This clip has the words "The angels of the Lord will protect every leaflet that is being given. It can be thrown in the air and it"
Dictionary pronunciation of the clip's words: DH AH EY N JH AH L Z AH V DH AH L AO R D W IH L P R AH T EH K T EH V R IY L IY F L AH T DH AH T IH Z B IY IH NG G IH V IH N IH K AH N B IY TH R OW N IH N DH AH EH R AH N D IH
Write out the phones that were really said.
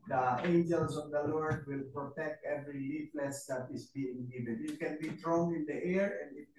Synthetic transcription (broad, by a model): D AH EY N JH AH L S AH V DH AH L AO R D W IH L P R AH T EH K T EH V R IY L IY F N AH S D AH T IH S B IY IH NG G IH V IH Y IH K AH N B IY T R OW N IH N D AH EH R AH N D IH